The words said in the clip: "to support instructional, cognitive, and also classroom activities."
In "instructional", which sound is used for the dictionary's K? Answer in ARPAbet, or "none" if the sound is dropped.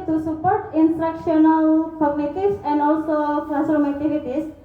K